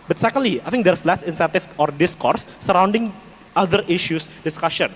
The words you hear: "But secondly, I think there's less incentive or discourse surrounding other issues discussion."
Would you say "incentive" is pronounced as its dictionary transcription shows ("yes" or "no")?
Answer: no